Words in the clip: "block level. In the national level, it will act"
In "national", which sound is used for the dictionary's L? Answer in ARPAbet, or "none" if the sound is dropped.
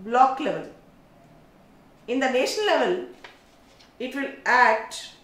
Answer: N